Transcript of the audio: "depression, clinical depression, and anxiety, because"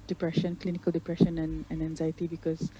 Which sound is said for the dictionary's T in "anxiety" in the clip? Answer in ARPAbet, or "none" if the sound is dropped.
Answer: T